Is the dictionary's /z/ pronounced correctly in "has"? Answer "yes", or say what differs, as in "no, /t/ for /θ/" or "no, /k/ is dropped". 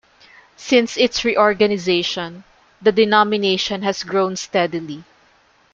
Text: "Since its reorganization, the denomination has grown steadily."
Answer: no, /s/ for /z/